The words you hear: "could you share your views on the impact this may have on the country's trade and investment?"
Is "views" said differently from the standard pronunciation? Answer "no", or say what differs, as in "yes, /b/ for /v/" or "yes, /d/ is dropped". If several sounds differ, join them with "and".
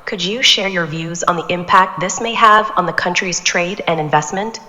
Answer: no